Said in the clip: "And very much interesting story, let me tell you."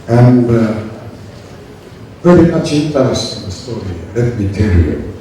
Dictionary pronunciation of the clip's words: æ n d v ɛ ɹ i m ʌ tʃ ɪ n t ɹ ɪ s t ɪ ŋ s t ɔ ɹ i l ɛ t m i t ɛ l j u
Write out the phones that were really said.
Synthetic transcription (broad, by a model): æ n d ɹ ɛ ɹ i m ʌ tʃ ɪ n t ɪ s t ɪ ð s t ɔ ɹ i l ɛ t m i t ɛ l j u